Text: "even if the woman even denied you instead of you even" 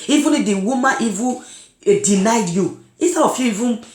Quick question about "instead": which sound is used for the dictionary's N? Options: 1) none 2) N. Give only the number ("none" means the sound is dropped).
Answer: 1